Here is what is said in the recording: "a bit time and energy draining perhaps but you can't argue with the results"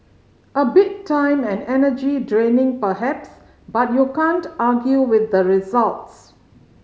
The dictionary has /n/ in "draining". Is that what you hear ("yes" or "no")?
yes